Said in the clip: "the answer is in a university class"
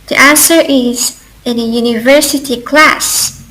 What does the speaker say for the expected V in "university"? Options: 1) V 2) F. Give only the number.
1